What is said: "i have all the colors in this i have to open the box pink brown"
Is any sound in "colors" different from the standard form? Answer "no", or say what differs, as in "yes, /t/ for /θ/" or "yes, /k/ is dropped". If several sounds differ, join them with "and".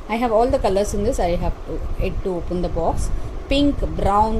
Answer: yes, /s/ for /z/